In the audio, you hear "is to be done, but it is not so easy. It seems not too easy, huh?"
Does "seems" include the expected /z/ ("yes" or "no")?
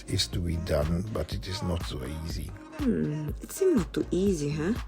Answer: no